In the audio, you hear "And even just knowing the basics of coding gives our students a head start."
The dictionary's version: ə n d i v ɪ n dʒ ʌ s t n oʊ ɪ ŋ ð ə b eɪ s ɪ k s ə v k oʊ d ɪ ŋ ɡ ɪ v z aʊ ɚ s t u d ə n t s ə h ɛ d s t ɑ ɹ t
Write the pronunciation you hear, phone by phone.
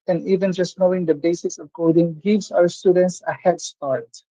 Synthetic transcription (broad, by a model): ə n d i v ɪ n dʒ ʌ s t n oʊ ɪ ŋ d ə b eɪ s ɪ s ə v k oʊ d ɪ ŋ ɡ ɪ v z aʊ ɚ s t u d ə n t s ə h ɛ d s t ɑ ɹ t